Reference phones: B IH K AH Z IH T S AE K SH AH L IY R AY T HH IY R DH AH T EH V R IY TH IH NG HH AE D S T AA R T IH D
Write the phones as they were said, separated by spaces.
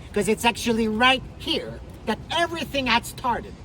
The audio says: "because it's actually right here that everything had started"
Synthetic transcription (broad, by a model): K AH Z IH T S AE K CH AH L IY R AY T HH IY R DH AH T EH V R IY TH IH NG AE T S T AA R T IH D